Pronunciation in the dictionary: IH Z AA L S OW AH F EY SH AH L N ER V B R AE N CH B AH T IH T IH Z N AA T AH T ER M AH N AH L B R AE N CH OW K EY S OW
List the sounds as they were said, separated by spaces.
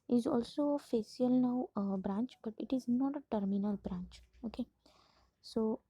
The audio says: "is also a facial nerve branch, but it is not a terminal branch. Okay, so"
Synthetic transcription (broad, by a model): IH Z AA L S OW AH F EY S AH L N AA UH B R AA N CH B AH T IH T IH Z N AA T AH T ER M AH N AH L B R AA N CH OW K EY S OW